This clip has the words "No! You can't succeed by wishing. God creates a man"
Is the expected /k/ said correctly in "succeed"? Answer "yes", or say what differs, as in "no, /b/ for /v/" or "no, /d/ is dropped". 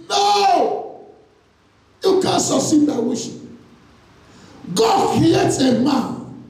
no, /k/ is dropped